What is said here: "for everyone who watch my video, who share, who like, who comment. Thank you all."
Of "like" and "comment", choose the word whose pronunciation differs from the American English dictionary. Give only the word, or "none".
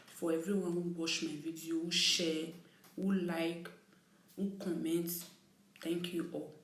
none